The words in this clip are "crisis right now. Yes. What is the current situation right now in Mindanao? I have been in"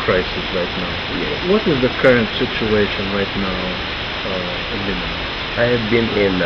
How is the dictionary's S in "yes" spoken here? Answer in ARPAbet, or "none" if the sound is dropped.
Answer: none